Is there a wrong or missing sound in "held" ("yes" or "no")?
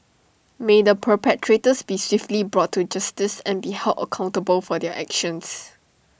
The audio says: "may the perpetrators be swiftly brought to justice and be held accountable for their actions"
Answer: yes